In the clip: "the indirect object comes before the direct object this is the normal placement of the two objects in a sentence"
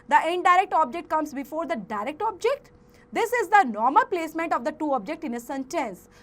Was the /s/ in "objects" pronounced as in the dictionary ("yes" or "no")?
no